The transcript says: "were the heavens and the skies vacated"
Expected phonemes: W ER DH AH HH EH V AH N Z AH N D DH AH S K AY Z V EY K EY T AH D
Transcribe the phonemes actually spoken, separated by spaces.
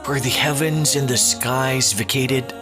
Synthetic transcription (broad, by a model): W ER DH AH HH EH V AH N Z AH N DH AH S K AY Z V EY K EY T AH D